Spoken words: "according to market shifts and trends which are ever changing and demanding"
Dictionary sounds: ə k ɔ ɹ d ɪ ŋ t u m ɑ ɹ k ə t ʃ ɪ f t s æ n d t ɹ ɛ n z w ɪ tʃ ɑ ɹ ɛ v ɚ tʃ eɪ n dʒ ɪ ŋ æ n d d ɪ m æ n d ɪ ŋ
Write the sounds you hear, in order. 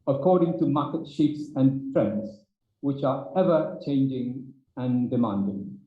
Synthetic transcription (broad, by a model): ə k ɔ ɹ d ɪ ŋ t u m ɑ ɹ k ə t ʃ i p s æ n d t ɹ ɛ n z w ɪ tʃ ɑ ɹ ɛ v ɚ tʃ eɪ n dʒ ɪ ŋ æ n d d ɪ m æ n d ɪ ŋ